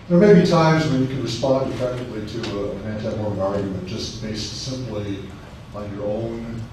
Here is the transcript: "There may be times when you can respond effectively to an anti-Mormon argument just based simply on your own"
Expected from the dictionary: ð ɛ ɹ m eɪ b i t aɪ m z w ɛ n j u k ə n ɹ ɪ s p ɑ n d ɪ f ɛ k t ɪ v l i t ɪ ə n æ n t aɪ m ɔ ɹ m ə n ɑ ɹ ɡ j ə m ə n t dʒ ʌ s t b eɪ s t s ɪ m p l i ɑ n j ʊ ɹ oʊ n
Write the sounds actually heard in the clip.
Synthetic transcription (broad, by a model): ð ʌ ɹ m eɪ b i t aɪ m z w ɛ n j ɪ k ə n ɹ ɪ s p ɑ n d ɪ f ɛ k t ɪ v l i t ɪ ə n æ n t aɪ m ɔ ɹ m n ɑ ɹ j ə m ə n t dʒ ʌ s t b eɪ s t s ɪ m p l i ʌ n j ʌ ɹ oʊ n